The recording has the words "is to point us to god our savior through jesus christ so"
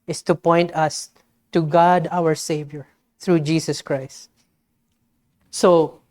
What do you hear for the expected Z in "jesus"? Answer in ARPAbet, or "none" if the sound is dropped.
S